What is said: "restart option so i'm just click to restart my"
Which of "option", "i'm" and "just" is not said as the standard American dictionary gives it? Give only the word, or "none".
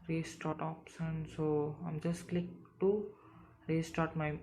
option